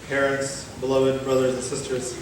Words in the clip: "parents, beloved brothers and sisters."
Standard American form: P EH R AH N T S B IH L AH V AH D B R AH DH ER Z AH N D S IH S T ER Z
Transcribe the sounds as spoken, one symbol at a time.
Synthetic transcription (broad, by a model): P EH R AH N T S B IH L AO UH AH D B R AH DH ER Z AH N S IH S T ER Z